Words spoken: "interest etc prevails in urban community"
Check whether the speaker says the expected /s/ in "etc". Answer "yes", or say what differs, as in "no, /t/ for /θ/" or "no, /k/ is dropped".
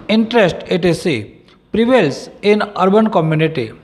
no, /s/ is dropped